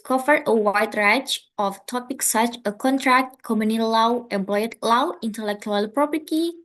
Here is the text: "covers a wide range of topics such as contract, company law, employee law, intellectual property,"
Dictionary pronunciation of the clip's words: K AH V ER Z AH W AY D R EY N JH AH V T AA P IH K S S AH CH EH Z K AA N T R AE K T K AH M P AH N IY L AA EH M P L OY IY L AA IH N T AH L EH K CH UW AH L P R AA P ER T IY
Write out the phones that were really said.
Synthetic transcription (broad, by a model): K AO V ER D AH W AY D R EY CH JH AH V T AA P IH K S S AH CH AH K AA N T R AE K T K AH M AH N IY L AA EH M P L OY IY L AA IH N T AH L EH K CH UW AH L P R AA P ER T IY